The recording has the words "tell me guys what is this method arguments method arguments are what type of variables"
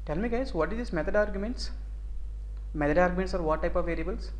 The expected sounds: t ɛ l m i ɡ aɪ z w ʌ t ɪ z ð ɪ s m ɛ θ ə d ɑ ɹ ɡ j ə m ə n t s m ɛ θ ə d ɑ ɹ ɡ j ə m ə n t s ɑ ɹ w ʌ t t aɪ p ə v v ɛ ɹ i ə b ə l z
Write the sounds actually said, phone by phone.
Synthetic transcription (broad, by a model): t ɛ l m i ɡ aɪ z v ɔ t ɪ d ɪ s m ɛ t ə d ɑ ɹ ɡ j ə m ə n t s m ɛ t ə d ɑ ɹ ɡ j ə m ə n t s ɑ ɹ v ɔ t t aɪ p ə v v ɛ ɹ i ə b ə l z